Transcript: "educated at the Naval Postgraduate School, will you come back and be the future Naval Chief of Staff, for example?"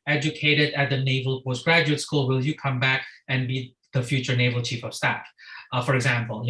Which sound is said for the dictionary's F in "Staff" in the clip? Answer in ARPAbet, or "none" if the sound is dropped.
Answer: F